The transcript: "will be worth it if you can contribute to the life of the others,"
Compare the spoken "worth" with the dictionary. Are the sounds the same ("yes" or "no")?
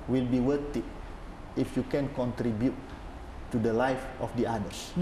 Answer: no